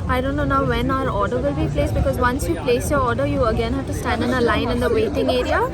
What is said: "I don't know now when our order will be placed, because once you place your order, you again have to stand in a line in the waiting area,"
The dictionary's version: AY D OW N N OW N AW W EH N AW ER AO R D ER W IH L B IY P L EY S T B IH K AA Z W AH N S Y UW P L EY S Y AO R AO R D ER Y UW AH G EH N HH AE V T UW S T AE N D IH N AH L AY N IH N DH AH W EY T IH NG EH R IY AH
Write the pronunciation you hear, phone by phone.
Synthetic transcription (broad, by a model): AY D OW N N OW N AW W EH N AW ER AO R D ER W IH L B IY P L EY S B IH K AA Z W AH N S Y UW P L EY S Y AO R AO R D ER Y UW AH G EH N HH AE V T UW S T AE N D IH N AH L AY N IH N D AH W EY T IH NG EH R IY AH